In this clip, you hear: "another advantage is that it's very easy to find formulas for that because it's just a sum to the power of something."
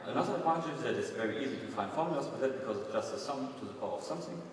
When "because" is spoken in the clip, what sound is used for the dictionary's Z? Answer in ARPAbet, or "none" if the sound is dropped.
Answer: Z